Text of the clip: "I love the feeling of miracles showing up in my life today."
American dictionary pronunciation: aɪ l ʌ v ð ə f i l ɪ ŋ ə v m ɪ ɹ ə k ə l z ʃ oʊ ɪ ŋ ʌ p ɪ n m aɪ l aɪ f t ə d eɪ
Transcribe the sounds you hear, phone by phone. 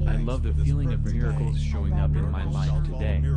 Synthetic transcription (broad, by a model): aɪ l ʌ v ð ə f i l ɪ ŋ ə v m ɪ ɹ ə k l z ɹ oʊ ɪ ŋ ʌ p ɪ n m aɪ l aɪ f t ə d eɪ